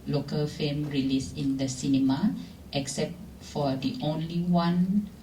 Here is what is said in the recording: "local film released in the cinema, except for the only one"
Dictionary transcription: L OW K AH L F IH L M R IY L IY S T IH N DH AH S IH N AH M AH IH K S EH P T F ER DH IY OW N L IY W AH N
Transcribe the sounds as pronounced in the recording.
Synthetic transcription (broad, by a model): L OW K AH L F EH M R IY L IY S IH N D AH S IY N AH M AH IH K S EH P T F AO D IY OW N L IY W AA N